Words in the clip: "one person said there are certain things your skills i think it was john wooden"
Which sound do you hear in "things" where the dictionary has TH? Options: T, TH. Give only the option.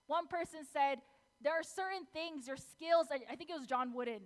TH